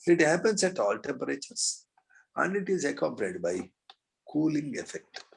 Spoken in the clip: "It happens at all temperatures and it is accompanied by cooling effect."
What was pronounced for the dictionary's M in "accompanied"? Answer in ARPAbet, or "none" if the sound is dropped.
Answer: none